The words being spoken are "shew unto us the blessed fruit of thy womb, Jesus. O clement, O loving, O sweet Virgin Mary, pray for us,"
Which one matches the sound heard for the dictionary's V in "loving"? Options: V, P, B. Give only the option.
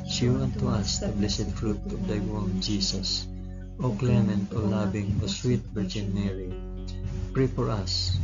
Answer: B